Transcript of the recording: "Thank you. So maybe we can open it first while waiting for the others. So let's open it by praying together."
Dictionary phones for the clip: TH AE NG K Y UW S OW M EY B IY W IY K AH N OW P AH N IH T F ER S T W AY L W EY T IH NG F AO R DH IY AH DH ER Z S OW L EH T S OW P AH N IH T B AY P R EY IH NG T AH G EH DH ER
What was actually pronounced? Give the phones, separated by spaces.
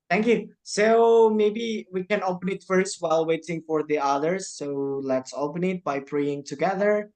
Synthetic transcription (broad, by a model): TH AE NG K Y UW S OW M EY B IY W IY K AH N OW P AH N IH T F ER S T W AY L W EY T IH NG F AO R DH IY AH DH ER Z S OW L EH T S OW P AH N IH T B AY P R EY IH NG T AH G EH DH ER